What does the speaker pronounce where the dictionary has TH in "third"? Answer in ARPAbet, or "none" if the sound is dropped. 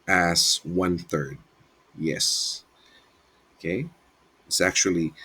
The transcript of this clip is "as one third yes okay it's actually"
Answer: TH